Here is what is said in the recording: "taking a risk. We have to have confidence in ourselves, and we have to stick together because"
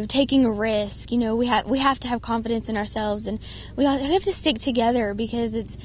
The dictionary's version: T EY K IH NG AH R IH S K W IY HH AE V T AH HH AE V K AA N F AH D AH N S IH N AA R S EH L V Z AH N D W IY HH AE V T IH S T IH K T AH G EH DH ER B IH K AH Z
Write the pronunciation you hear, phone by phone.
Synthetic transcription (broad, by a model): T EY K IH NG AH R IH S K W IY HH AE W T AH HH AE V K AA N F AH D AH N S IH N AA R S EH L V Z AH N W W IY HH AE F T IH S T IH K T AH G EH DH ER B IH K AH Z